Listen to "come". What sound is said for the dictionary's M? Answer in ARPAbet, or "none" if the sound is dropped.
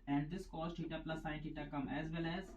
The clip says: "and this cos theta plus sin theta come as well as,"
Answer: M